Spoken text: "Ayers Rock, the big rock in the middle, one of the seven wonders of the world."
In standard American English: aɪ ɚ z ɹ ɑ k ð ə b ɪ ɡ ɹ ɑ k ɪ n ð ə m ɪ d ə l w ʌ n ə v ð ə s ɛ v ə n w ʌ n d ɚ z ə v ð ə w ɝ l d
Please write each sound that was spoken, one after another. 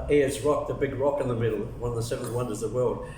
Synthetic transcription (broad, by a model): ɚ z ɹ ɑ k ð ə b ɪ ɡ ɹ ɑ k ɪ n ð ə m ɪ d l w ʌ n ə v ð ə s ɛ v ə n w ʌ n d ɚ z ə ð ə w ɝ l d